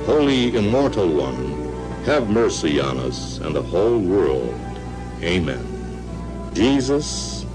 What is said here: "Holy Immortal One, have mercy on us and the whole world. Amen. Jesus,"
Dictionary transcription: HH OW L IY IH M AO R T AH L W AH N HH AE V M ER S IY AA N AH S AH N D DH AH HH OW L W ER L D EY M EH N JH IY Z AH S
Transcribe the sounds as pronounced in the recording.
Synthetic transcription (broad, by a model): HH OW L IY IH M AO R T L W AH N HH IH V M ER S IY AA N AH S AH N DH AH HH OW L W ER L D EY M EH N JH IY Z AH S